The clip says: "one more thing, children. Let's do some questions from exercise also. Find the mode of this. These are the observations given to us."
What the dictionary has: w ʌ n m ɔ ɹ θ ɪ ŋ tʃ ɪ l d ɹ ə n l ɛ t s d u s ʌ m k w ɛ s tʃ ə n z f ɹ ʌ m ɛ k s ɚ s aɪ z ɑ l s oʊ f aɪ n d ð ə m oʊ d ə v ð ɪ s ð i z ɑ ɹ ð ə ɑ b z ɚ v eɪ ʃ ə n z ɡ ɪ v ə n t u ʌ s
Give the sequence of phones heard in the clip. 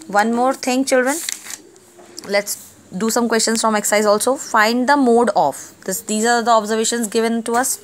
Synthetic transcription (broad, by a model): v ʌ n m ɔ ɹ t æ ŋ tʃ ɪ l d ɹ ə n l ɛ t s d u s ʌ m k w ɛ s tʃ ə n s f ɹ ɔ m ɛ k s s aɪ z ɑ l s oʊ f aɪ n d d ə m oʊ d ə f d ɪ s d i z ɑ ɹ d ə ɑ b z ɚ v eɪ ʃ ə n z ɡ ɪ v ə n t u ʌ s